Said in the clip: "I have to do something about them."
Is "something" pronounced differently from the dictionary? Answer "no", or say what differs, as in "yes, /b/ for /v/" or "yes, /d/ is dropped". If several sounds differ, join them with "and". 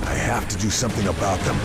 no